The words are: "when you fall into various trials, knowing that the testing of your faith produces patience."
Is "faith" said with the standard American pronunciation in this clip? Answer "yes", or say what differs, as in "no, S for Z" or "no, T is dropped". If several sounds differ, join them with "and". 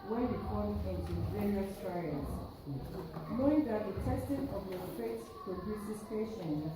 no, S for TH